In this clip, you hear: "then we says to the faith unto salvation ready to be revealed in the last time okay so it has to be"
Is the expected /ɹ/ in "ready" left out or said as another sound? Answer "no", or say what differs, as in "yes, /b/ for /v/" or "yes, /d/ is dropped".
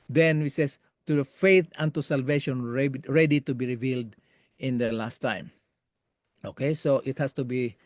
no